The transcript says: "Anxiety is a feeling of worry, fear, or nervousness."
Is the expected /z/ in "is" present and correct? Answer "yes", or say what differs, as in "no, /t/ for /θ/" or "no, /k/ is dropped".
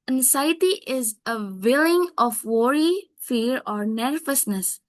yes